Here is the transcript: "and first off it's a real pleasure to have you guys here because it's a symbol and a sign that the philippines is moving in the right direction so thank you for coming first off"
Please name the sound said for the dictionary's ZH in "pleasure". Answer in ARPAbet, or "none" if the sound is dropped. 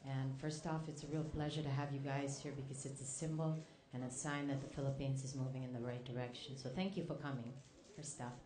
ZH